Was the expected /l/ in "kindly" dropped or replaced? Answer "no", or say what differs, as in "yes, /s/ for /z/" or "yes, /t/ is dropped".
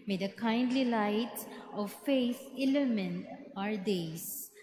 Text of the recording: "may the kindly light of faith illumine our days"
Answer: no